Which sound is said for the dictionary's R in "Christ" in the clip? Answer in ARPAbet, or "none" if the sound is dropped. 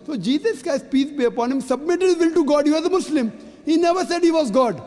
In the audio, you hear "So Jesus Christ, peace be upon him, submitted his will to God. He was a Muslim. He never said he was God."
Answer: none